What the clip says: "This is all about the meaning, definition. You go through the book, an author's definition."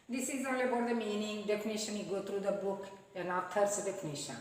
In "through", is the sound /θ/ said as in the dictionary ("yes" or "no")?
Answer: no